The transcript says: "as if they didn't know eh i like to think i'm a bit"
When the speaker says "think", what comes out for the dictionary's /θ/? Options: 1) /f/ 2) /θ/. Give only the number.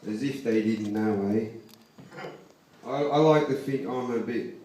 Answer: 1